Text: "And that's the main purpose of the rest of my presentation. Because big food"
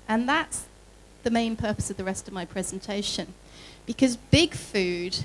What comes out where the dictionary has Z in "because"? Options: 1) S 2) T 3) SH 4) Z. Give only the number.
4